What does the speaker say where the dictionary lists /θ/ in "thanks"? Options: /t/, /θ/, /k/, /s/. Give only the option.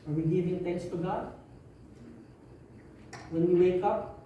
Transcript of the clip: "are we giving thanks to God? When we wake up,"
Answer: /t/